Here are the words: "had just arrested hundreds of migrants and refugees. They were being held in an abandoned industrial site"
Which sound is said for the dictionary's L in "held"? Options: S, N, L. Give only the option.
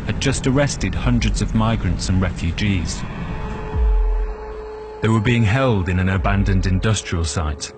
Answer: L